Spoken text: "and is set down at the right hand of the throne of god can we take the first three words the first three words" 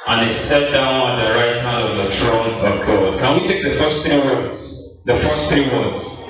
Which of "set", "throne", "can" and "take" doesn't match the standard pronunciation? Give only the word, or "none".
throne